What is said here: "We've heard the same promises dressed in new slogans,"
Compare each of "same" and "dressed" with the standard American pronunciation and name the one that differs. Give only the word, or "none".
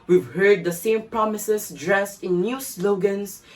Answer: none